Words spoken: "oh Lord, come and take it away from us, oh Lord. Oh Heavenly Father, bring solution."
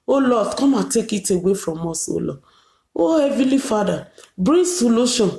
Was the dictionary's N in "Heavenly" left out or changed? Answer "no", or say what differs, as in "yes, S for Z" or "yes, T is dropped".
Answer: yes, N is dropped